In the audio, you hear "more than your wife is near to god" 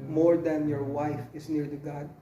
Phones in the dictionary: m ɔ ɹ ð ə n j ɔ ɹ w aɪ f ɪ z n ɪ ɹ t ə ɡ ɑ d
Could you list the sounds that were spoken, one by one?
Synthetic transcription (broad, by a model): m ɔ ɹ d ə n j ɔ ɹ w aɪ f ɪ s n ɪ ɹ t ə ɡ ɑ d